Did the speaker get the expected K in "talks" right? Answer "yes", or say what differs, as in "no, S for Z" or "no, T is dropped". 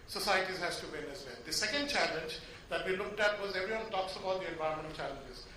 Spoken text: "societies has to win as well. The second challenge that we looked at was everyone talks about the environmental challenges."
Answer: yes